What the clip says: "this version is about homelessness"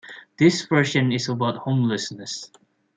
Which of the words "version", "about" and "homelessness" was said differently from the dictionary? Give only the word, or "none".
version